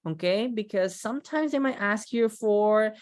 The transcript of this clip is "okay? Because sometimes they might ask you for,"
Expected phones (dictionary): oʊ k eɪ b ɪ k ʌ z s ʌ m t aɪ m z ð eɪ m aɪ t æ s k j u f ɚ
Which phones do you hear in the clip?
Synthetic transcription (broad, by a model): oʊ k eɪ b ɪ k ʌ z s ʌ m t aɪ m z ð eɪ m aɪ t æ s k j u f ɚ